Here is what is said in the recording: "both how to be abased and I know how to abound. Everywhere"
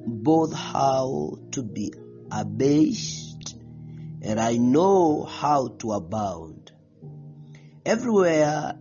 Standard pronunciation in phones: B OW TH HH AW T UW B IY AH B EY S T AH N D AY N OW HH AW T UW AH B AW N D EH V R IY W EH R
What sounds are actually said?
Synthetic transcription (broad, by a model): B OW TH HH AW T UW B IY AH B EY S T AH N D AY N OW HH AW T UW AH B AW N D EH V R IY W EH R